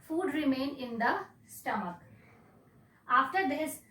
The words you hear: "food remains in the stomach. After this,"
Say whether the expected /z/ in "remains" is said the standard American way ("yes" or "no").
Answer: no